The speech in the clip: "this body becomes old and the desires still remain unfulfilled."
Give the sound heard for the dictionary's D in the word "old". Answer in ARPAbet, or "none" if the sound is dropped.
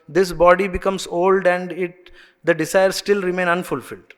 D